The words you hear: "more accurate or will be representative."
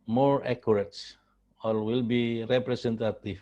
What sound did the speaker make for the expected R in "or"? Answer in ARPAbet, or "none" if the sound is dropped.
L